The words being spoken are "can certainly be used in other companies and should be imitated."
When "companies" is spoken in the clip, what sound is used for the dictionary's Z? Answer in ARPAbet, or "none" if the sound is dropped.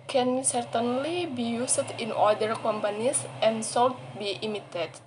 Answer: S